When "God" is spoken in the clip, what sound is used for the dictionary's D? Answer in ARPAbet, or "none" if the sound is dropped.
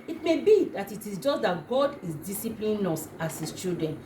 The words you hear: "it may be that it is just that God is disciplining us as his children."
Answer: D